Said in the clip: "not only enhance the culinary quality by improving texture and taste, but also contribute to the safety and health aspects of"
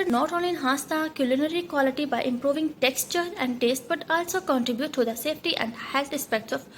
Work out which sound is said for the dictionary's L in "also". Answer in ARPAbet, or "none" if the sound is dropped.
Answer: L